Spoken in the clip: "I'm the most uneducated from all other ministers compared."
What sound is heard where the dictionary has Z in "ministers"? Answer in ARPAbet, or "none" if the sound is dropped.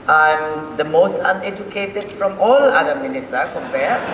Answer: none